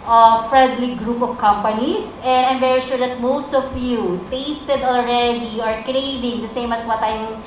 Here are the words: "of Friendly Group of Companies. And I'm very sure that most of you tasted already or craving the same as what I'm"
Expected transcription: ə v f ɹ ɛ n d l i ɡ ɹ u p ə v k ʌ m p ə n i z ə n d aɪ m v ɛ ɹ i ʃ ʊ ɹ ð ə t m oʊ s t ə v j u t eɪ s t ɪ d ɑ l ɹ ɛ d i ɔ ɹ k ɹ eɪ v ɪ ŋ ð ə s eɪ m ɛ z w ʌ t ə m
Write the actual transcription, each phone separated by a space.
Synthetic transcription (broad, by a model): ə f ɹ ɛ n d l i ɡ ɹ u p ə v k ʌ m p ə n i s ə n d aɪ m v ɛ ɹ i ʃ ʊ ɹ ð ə t m oʊ s t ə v j u t eɪ s t ɪ d ɑ l ɹ ɛ d i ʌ ɹ k ɹ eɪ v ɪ ŋ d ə s eɪ m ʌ s w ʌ t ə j